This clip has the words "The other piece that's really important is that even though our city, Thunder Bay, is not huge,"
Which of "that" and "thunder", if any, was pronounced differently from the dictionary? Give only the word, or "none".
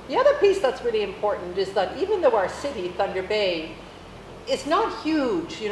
none